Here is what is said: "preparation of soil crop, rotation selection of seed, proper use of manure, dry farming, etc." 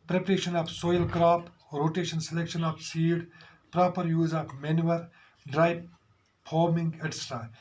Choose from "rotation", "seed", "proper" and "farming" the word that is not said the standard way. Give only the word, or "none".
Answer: farming